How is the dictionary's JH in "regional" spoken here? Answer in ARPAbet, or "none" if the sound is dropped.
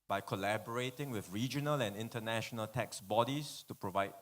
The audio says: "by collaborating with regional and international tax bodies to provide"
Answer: JH